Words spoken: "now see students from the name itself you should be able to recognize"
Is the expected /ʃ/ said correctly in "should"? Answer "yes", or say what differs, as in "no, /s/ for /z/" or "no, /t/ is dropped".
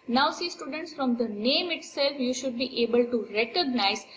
yes